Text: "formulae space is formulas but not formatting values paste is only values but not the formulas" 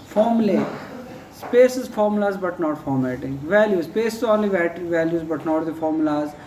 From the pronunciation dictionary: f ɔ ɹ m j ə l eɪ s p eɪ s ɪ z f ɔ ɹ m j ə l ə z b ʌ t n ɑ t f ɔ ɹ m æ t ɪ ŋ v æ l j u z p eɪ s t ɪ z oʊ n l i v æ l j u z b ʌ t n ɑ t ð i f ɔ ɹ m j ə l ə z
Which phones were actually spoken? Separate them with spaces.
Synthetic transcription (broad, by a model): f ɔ ɹ m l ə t s p eɪ s ɪ z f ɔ ɹ m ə l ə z b ʌ t n ɑ t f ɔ ɹ m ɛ t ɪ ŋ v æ l j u s p eɪ s ɪ z oʊ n l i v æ l j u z b ʌ t n ɑ t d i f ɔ ɹ m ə l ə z